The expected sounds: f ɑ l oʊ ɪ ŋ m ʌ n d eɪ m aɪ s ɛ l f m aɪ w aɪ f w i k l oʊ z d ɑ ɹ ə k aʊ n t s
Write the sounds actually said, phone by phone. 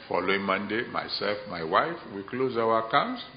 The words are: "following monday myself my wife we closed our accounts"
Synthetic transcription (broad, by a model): f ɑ l oʊ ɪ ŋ m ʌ n d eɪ m aɪ s ɛ l f m aɪ w aɪ f w i k l oʊ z ɑ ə k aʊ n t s